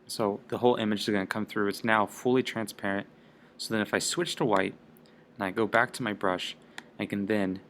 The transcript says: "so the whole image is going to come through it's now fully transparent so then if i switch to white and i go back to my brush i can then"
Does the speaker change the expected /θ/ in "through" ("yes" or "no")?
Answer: no